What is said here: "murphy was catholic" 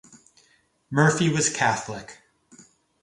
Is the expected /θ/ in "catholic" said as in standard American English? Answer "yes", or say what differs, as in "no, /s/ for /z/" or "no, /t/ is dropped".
yes